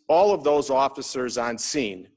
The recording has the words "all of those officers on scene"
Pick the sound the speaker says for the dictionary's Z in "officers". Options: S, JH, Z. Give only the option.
Z